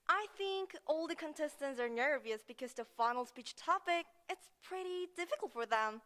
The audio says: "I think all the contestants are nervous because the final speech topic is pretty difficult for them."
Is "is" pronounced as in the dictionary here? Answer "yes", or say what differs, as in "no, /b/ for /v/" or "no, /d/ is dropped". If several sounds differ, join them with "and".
no, /s/ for /z/